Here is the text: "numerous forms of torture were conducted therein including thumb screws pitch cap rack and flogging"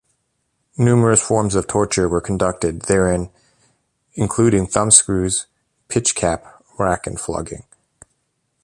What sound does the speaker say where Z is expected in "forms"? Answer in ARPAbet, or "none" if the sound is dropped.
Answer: Z